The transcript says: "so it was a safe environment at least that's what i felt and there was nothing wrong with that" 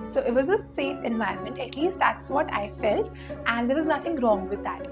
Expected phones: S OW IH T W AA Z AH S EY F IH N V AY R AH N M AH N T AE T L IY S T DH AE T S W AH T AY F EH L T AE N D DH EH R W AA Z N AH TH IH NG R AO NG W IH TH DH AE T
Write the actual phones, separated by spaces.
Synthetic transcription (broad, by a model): S OW IH T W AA Z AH S EY F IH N V AY AH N M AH N T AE T L IY S T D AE T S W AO T AY F EH L T AE N D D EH R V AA Z N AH T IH NG R AO NG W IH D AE T